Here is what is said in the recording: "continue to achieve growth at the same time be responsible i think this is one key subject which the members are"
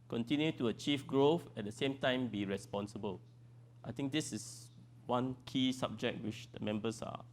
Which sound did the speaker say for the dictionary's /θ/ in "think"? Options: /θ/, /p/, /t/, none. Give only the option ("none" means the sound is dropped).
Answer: /t/